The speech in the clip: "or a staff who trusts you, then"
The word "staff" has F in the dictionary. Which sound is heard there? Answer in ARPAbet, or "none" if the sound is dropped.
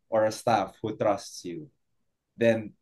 F